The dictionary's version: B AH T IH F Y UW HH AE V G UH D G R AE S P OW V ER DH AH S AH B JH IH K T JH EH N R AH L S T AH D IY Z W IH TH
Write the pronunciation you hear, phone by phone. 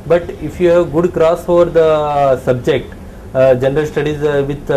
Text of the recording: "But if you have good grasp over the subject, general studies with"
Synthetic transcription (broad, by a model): B AH T IH F Y UW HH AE V G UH D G R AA S OW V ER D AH S AH B JH IH K T JH EH N R AH L S T AH D IY Z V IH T